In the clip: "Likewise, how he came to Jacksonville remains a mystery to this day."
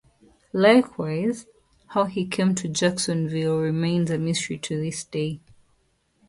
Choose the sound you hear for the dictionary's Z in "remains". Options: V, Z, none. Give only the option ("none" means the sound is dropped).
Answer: Z